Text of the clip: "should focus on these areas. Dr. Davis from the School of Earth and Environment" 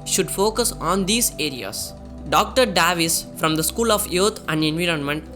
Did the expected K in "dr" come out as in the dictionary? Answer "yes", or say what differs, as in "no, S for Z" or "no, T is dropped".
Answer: yes